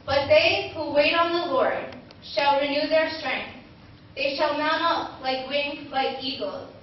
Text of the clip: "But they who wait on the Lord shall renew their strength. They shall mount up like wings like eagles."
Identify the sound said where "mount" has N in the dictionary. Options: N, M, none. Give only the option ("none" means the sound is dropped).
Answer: none